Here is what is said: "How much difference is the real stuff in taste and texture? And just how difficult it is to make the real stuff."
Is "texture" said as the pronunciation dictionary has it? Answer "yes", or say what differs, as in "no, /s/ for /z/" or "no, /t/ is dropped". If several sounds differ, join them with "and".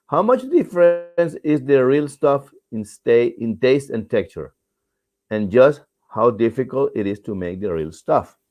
no, /s/ is dropped